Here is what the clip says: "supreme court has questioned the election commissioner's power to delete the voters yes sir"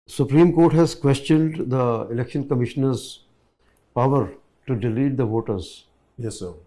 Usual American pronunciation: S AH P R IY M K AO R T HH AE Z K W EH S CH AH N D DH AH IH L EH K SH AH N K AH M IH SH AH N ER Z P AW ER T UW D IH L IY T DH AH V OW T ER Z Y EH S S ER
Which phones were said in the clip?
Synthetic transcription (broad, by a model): S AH P R IY M K AO R T HH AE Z K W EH S CH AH N D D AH IH L EH K SH AH N K AH M IH SH AH N ER Z P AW ER T UW D IH L IY T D AH V OW T ER Z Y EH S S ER